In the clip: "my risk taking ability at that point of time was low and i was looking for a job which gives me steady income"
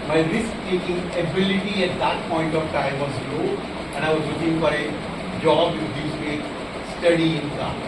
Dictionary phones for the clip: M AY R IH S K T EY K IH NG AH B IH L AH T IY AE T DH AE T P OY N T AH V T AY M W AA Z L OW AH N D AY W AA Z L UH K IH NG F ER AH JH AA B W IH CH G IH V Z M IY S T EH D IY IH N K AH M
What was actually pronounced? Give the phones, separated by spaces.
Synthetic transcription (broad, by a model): M AY R IH S K T EY K IH NG AH B IH L AH T IY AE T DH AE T P OY N T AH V T AY M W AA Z L OW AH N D AY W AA Z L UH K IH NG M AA AH JH AA B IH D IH Z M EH S T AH D IY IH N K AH